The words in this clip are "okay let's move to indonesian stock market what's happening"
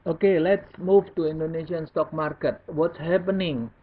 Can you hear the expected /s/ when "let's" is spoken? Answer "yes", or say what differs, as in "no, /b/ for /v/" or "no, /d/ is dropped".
yes